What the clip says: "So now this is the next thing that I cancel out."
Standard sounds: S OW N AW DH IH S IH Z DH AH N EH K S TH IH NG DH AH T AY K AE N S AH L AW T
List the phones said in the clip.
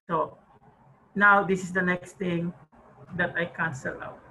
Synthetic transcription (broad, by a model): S OW N AW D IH S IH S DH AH N EH K S T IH NG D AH T AY K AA N S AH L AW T